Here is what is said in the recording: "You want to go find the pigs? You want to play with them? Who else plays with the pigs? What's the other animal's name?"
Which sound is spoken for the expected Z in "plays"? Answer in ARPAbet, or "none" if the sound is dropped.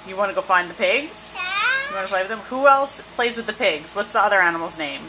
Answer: Z